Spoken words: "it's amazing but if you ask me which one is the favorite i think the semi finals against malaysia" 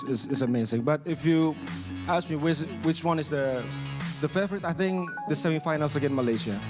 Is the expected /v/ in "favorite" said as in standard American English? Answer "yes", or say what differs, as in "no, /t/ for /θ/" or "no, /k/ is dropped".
no, /f/ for /v/